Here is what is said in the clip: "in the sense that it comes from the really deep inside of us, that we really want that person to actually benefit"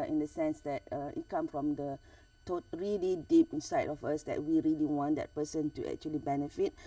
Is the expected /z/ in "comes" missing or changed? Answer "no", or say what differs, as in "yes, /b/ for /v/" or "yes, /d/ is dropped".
yes, /z/ is dropped